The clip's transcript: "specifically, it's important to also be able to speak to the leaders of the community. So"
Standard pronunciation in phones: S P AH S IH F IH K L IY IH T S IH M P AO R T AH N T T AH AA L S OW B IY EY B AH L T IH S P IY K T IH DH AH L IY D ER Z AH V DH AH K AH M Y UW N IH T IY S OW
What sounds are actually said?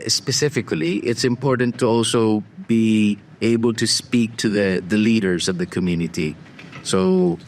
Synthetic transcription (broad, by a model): S P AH S IH F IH K L IY IH T S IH M P AO R T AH N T T AH AA L S OW B IY EY B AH L T IH S P IY K T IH DH AH L IY D ER Z AH V DH AH K AH M Y UW N IH T IY S OW